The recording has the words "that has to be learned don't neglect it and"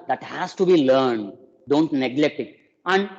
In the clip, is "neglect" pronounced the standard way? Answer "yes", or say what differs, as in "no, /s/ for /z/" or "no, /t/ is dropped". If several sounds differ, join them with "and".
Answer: yes